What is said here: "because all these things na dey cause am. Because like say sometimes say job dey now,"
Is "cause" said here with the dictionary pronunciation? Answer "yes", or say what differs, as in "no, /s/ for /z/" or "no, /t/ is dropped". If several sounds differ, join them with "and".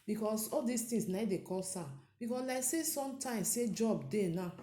no, /s/ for /z/